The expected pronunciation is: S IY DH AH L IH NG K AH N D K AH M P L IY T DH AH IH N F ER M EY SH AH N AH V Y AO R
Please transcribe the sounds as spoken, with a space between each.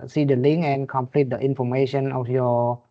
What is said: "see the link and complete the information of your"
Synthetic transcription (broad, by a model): S IY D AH L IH NG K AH N K AH M P L IY T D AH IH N F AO M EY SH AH N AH F Y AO